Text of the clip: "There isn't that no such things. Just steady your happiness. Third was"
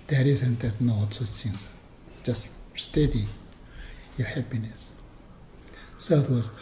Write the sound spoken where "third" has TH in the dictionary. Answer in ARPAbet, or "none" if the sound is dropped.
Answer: S